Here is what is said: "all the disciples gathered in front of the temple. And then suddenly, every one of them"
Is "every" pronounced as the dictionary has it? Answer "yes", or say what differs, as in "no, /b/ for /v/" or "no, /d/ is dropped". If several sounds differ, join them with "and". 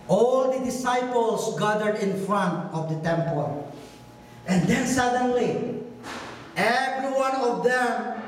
yes